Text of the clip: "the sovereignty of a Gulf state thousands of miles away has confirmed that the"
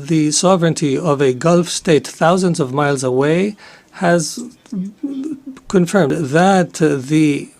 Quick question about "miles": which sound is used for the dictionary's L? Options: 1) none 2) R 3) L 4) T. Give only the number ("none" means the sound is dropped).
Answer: 3